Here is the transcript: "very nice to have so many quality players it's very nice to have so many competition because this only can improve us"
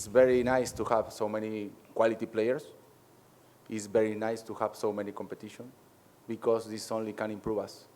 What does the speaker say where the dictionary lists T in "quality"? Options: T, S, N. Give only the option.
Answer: T